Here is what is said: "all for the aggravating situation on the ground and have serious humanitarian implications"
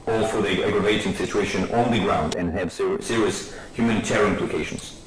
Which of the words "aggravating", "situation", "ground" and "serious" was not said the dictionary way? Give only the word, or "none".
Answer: none